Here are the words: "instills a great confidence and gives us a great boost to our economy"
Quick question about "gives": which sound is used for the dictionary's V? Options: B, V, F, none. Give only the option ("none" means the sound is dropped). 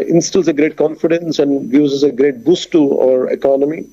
none